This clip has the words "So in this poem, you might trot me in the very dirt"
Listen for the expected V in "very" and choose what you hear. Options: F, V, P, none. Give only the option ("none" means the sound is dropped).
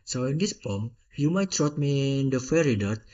F